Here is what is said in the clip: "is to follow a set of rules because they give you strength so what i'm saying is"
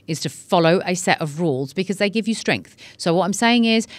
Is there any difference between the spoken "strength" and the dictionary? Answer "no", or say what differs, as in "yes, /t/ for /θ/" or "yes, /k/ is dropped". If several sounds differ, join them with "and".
no